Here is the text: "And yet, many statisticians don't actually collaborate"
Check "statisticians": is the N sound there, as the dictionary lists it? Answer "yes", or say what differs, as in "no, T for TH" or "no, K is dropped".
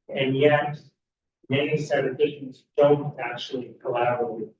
no, N is dropped